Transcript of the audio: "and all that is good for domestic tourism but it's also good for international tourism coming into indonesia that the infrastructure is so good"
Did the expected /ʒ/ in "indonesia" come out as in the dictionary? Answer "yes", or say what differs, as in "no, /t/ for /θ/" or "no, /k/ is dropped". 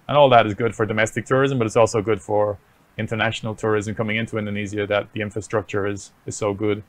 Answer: no, /z/ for /ʒ/